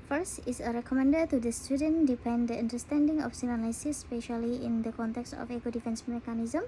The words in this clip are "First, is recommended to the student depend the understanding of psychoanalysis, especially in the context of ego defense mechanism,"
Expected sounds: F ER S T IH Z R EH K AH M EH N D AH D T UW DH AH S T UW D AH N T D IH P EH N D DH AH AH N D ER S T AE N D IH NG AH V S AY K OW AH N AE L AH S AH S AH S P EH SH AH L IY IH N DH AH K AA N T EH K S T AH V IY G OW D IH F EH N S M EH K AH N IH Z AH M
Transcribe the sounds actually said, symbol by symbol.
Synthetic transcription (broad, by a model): F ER S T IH S R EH K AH M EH N D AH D T UW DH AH S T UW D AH N D IH P EH N D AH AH N D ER S T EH N D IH NG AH F S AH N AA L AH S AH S S P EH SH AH L IY IH N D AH K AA N T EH K S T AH F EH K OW D IH F EH N S M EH K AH N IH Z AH M